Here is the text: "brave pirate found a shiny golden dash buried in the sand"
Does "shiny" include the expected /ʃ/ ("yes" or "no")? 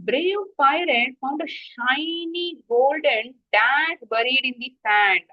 yes